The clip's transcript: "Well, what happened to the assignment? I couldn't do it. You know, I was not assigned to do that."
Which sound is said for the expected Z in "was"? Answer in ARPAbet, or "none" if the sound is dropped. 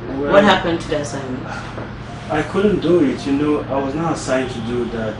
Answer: Z